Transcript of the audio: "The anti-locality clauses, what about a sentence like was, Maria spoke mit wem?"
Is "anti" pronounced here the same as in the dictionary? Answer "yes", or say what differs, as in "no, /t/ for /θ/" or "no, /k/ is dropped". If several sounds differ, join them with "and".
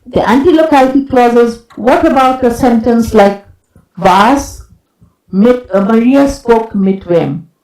yes